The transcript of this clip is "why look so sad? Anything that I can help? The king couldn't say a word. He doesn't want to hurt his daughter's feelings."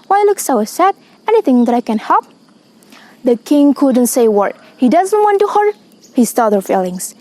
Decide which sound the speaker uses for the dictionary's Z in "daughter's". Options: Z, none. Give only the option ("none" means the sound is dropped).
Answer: none